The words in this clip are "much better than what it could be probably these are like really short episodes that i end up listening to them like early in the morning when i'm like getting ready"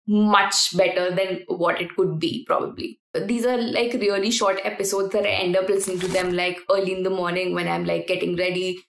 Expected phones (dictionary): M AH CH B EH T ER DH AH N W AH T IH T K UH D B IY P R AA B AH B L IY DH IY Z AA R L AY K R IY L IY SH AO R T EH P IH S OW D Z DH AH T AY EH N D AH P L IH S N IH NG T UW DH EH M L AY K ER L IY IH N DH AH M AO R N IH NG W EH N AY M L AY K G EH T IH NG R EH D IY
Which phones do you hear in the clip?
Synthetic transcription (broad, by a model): M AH CH B EH T ER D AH N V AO T IH T K UH D B IY P R AA B AH B L IY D IY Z AA R L AY K R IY L IY SH AO R T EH P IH S OW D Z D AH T EH N D AH P L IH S IH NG T UW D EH M L AY K ER L IY IH N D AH M AO R N IH NG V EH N AY M L AY K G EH T IH NG R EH D IY